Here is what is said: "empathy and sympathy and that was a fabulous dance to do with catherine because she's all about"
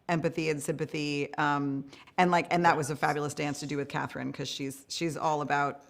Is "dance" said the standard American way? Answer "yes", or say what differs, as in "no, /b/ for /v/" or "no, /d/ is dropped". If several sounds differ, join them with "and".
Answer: yes